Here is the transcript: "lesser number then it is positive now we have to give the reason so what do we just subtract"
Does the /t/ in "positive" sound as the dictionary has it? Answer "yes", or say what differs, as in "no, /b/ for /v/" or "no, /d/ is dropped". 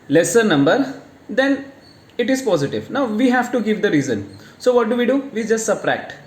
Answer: yes